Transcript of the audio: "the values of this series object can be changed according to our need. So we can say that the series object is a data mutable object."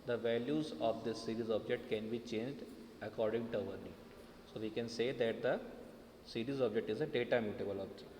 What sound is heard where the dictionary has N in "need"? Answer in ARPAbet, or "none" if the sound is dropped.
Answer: L